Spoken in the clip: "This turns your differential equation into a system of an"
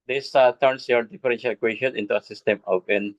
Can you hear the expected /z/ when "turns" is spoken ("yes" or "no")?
no